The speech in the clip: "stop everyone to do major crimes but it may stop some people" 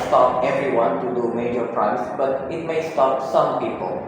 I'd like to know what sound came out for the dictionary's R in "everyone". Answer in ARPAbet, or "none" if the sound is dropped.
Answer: R